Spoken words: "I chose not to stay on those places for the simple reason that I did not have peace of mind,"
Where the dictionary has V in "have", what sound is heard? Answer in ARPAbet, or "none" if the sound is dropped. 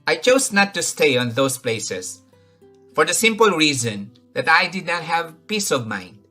V